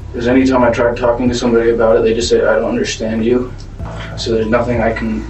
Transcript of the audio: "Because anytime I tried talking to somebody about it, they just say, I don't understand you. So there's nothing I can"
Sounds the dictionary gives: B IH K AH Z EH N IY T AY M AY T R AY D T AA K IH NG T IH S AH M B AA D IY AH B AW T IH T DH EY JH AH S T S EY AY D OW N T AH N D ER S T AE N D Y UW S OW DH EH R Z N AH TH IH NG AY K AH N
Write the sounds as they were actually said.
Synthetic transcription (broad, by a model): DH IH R Z EH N IY T AY M AY T R AY D T AA K IH NG T IH S AH M B AA D IY AH B AW T IH T DH EY JH AH S T S EY AY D OW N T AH N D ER S T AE N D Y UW S OW DH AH R Z N AH TH IH NG AY K N